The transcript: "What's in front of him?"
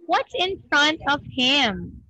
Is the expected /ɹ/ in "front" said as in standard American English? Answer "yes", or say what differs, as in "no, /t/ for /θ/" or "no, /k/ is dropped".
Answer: yes